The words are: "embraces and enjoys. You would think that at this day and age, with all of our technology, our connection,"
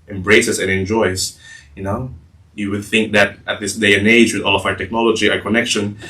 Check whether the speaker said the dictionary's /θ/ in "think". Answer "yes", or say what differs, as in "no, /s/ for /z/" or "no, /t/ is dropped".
yes